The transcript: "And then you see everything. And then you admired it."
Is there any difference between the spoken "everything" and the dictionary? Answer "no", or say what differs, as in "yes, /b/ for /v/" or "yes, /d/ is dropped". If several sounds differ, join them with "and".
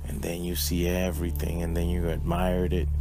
no